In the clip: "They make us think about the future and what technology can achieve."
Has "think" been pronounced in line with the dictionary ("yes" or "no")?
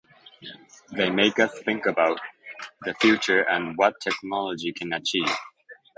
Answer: yes